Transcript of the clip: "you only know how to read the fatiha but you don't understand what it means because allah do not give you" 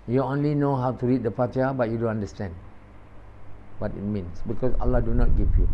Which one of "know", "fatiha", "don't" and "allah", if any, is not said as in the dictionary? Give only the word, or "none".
fatiha